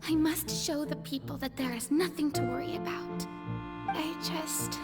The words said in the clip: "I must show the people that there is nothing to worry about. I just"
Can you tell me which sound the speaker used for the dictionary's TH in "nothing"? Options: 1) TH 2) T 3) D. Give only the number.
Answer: 1